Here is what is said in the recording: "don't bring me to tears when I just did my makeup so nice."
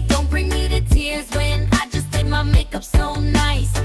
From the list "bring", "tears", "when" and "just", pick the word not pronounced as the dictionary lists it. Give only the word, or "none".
none